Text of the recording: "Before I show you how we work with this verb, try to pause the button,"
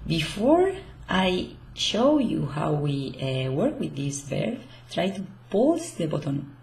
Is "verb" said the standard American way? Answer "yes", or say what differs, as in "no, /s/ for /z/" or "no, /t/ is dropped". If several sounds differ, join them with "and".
no, /b/ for /v/